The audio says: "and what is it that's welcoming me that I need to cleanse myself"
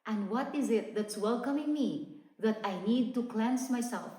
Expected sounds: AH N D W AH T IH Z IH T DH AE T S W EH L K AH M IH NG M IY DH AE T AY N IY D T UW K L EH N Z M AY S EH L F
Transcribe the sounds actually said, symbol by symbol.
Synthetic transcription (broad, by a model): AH N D W AH T IH Z IH T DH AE T S W EH L K AH M IH NG M IY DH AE T AY N IY D T UW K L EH N S M AY S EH L F